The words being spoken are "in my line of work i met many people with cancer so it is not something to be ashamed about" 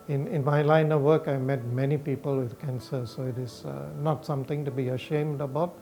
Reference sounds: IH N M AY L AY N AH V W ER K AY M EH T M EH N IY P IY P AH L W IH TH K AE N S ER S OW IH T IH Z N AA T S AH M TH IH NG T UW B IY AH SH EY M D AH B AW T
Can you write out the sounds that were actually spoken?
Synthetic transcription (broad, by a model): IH N M AY L AY N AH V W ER K AY M EH T M EH N IY P IY P AH L W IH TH K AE N S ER S OW IH T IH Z N AA T S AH M T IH NG T UW B IY AH SH EY M D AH B AW T